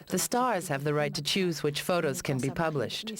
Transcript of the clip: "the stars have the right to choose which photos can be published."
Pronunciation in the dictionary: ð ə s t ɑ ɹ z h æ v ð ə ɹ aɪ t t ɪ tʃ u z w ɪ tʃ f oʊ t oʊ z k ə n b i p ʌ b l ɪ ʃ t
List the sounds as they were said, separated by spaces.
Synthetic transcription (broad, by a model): ð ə s t ɑ ɹ z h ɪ v ð ə ɹ aɪ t t ɪ tʃ u z w ɪ tʃ f oʊ t oʊ z k ə n b i p ʌ b l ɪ ʃ t